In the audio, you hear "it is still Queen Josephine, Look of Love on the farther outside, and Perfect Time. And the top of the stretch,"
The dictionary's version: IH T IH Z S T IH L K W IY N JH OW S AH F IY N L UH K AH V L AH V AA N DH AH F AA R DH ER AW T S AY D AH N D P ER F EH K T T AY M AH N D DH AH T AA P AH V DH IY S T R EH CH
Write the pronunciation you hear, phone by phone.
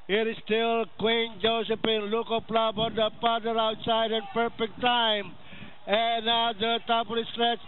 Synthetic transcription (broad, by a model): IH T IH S T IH L K W IY N JH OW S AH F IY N L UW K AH P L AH B AA N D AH P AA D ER AW T S AY D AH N P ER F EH K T T AY M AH N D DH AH T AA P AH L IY S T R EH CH